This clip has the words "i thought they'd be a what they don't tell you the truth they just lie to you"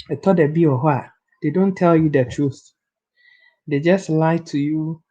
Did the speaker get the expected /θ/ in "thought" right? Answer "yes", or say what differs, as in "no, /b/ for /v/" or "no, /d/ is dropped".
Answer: no, /t/ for /θ/